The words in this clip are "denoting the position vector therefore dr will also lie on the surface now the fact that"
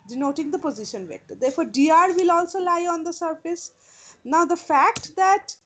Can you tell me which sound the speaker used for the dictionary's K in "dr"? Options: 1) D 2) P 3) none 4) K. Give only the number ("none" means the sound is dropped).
3